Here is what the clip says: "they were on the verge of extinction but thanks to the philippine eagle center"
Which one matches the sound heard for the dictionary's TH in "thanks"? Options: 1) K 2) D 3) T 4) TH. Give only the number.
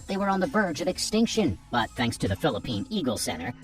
4